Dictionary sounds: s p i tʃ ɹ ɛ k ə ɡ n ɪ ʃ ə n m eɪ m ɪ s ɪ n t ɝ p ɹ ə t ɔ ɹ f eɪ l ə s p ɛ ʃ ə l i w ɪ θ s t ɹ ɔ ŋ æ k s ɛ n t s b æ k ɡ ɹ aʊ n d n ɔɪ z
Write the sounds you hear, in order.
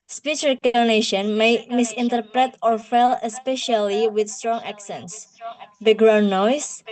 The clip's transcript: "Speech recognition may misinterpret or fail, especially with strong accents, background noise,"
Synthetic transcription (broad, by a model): s p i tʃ ɹ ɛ k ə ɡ n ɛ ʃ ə n m eɪ m ɪ s ɪ n t ɝ p ɹ ə t ɔ ɹ f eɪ l ə s p ɛ ʃ ə l i w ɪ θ s t ɹ ɔ ŋ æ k s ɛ n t s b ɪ ɡ ɹ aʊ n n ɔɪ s